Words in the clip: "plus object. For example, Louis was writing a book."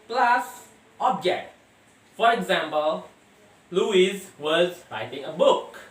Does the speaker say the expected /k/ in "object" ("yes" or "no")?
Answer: yes